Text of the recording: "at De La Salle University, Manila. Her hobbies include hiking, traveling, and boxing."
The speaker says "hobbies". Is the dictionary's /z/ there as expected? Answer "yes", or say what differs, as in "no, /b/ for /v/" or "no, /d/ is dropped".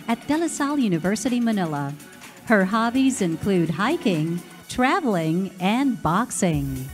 yes